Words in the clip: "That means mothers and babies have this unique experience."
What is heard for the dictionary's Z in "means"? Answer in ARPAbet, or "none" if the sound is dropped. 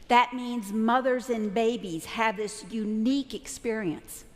Z